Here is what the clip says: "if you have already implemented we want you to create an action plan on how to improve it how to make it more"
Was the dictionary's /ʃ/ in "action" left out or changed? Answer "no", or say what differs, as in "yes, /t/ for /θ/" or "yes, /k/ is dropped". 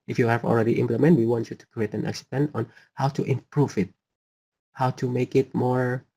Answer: yes, /s/ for /ʃ/